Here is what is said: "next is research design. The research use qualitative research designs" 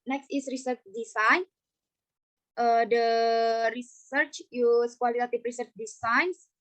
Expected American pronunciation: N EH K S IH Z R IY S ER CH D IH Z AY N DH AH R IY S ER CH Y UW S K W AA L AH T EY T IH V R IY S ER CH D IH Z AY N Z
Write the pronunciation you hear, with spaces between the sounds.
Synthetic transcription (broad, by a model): N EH K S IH S R IY S ER CH D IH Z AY N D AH R IY S ER CH Y UW S K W AA L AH T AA T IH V R IY S ER CH D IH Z AY N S